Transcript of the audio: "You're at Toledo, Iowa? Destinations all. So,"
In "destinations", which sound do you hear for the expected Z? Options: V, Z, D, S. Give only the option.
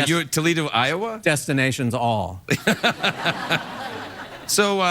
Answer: Z